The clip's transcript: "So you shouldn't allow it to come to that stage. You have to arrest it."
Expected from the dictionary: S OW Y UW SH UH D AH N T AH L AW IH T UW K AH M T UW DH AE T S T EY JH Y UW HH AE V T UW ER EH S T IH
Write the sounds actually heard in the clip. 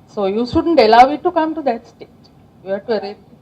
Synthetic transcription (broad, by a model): S OW Y UW SH UH D AH N T AH L AW IH T UW K AH M T UW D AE T S T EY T Y UW HH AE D T UW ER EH T